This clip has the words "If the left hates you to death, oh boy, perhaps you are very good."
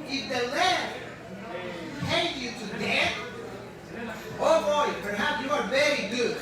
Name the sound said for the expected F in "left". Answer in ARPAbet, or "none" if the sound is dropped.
none